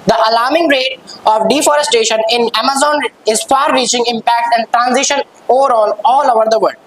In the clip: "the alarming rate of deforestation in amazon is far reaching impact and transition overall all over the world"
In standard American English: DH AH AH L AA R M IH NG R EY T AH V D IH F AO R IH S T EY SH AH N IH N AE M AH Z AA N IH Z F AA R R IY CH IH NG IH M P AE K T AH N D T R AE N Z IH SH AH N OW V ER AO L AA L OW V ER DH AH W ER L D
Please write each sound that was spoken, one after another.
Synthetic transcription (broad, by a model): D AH AH L AA R M IH NG R EY T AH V D IH F AO R IH S T EY SH AH N IH N AE M AH Z AA N IH Z F AA R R IY CH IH NG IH M P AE K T AH N D T R AE N Z IH SH AH N OW V ER AO L AA L OW V ER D AH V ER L D